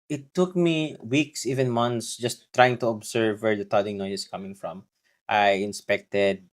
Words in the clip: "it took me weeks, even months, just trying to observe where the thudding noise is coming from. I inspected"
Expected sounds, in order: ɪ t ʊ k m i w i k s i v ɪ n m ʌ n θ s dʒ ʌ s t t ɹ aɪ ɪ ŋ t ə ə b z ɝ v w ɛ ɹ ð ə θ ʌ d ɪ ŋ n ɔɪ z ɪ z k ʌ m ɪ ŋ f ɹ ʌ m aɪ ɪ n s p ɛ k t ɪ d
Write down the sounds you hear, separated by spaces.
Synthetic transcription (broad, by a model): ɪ t ʊ k m i w i k s i v ɪ n m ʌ n t s dʒ ʌ s t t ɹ aɪ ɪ ŋ t ə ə b s ɝ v w ɛ ɹ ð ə t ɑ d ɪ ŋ n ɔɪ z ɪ s k ʌ m ɪ ŋ f ɹ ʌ m aɪ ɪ n s p ɛ k t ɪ d